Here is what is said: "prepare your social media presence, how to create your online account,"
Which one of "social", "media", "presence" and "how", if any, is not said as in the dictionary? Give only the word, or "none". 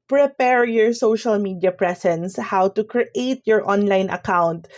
presence